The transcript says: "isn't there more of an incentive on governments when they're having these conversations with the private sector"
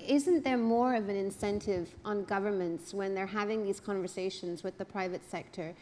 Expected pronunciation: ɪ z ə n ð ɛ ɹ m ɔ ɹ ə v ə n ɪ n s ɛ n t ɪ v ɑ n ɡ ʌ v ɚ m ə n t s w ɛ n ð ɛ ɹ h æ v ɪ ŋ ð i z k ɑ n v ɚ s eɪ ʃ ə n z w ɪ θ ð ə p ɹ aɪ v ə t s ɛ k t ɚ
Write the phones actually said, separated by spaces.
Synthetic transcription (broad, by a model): ɪ z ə n ð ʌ ɹ m ɔ ɹ ə v ə n ɪ n s ɛ n t ɪ v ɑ n ɡ ʌ v ɚ m ə n t s w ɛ n ð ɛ ɹ h æ v ɪ ŋ ð i z k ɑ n v ɚ s eɪ ʃ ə n z w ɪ ð ə p ɹ aɪ v ə t s ɛ k t ɚ